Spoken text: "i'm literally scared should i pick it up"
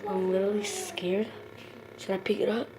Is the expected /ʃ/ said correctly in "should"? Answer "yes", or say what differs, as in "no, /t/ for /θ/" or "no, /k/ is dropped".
no, /s/ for /ʃ/